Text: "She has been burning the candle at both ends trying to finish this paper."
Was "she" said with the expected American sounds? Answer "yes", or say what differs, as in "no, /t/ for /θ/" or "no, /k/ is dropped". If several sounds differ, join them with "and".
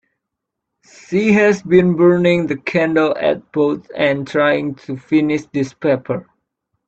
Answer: no, /s/ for /ʃ/